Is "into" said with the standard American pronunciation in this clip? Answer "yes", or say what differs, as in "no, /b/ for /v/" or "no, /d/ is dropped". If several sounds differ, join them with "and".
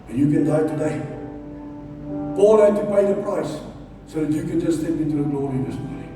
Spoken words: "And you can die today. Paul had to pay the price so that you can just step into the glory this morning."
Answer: no, /n/ is dropped